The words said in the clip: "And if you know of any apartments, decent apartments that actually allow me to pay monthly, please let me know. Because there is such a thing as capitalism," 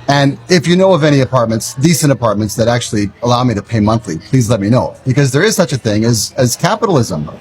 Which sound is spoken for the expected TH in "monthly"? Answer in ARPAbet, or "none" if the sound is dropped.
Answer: TH